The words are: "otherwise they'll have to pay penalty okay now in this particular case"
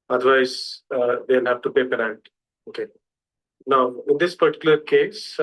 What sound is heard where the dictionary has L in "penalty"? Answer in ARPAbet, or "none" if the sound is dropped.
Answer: none